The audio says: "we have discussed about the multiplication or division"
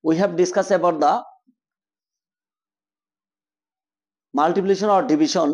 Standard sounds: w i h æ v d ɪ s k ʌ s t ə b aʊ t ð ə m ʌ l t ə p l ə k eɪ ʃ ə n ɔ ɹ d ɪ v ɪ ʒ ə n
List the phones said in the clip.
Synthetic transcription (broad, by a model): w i h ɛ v d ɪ s k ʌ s ə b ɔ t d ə m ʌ l t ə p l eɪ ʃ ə n ɔ ɹ d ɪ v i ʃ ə n